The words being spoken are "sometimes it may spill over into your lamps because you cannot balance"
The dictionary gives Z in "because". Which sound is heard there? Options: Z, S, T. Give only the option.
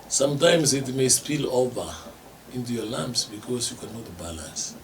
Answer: S